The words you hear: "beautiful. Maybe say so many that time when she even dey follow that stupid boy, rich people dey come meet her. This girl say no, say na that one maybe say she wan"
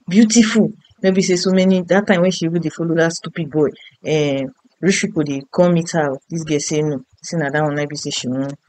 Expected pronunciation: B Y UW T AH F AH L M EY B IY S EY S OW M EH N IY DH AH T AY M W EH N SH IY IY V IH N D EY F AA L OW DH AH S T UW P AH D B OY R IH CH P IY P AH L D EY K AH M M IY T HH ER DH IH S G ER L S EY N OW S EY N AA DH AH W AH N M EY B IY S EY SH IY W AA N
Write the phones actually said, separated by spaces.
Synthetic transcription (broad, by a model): B Y UW T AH F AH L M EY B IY S EY S OW M EH N IY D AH T AY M W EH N SH IY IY B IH D EY F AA L OW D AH S T UW P AH D B OY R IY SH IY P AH D EY K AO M M IY T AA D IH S G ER S EY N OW S EY N AA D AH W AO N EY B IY S EY SH IY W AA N